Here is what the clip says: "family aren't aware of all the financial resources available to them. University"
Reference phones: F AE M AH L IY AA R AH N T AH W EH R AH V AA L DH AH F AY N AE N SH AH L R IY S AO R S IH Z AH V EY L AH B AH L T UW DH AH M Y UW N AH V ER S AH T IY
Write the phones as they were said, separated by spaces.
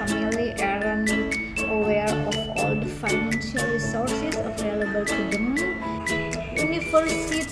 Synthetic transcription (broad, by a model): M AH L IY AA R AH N AH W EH R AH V AA L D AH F AY N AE N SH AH L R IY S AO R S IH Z AH V EY L AH B AH L T UW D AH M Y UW N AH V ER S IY